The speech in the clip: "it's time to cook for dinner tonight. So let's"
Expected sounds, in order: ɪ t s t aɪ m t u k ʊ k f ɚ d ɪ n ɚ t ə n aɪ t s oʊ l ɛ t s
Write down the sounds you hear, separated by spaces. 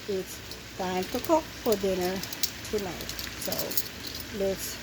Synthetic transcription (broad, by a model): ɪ t s t aɪ m t u k ʊ k f ɚ d ɪ n ɚ t ə n aɪ t s oʊ l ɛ t s